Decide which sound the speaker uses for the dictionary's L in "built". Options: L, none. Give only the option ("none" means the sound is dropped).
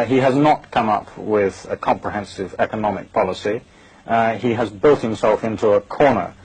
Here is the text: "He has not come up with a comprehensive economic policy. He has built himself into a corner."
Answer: L